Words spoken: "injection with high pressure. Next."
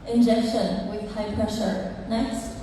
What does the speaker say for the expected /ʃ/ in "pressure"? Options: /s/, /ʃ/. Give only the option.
/ʃ/